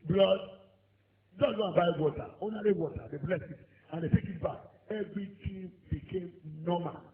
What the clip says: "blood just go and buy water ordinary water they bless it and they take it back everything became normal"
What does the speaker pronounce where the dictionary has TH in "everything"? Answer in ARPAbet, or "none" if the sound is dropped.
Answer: T